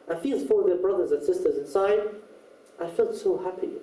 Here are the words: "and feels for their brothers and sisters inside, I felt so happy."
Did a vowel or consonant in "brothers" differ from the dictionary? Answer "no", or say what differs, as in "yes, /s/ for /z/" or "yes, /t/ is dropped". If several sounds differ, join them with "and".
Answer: no